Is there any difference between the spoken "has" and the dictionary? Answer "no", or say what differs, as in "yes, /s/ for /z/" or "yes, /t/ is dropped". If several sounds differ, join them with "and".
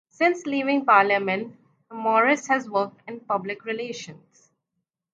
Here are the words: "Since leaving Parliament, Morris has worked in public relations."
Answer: no